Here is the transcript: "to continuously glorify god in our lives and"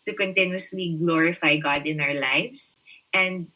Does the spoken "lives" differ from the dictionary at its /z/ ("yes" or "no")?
yes